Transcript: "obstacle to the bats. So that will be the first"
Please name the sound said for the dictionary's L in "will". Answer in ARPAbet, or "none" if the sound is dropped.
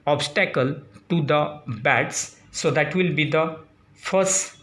L